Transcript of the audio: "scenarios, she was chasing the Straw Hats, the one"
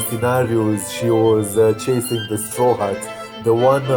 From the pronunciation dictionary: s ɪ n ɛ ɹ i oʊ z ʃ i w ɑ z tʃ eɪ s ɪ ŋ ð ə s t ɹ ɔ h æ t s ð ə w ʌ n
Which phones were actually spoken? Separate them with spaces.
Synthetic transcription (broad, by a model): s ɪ n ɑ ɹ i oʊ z ʃ i w ɑ z tʃ eɪ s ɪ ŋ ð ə s t ɹ ɔ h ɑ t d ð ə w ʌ n